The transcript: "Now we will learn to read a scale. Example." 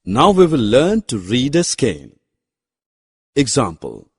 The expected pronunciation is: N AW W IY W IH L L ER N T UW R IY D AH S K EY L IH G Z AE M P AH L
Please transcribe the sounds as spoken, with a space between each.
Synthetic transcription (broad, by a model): N AW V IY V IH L L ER N T UW R IY D AH S K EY N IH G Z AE M P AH L